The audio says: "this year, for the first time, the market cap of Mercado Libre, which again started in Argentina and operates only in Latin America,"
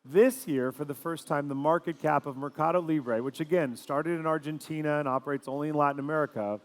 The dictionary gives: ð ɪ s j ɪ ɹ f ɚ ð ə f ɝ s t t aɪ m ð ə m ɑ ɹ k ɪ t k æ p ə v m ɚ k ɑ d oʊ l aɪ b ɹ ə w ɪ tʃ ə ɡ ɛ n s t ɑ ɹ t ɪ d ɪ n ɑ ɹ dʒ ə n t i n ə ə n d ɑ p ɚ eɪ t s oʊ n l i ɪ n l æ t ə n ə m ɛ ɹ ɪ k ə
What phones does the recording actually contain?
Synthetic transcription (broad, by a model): ð ɪ s j ɪ ɹ f ɚ ð ə f ɝ s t t aɪ m ð ə m ɑ ɹ k ɪ t k æ p ə v m ɚ k ɑ d oʊ l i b ɹ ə w ɪ tʃ ə ɡ ɛ n s t ɑ ɹ t ɪ d ɪ n ɑ ɹ dʒ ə n t i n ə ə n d ɑ p ɚ eɪ t s oʊ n l i ɪ n l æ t n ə m ɛ ɹ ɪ k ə